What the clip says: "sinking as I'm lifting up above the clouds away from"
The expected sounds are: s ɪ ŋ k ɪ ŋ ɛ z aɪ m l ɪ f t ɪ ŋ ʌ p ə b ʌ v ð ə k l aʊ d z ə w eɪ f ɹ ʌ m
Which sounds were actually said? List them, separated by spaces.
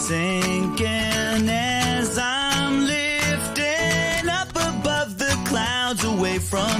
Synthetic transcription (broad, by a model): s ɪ ŋ k ɪ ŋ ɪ z aɪ m l ɪ f t ɪ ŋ ʌ p ə b ʌ v ð ə k l aʊ d z ə w eɪ f ɹ ʌ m